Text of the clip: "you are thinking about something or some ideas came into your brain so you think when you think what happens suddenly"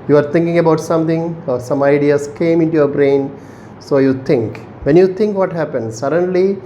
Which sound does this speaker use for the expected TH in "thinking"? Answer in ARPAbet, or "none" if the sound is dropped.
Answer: T